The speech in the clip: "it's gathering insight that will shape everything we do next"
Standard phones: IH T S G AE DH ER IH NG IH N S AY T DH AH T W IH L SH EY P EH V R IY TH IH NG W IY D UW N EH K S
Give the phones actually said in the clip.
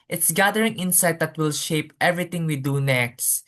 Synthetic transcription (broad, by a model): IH T S G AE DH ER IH NG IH N S AY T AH T W IH L SH EY P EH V R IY T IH NG W IY D UW N EH K S